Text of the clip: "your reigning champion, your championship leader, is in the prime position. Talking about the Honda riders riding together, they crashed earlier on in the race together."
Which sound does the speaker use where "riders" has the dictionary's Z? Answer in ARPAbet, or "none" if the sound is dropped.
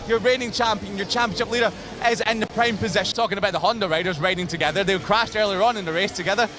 Z